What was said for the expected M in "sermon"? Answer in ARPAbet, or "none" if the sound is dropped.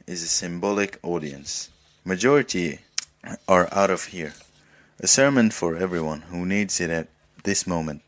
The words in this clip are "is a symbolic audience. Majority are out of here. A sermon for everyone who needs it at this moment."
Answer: M